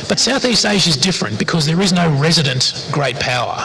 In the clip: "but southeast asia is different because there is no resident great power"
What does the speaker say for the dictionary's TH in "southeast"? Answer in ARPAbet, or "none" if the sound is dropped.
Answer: TH